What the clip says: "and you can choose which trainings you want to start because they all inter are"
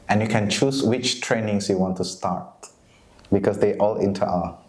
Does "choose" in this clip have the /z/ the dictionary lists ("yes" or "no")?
no